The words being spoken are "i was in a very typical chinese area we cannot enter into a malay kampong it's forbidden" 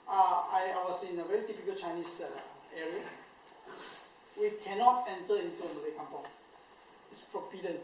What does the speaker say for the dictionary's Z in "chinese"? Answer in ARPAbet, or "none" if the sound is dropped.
S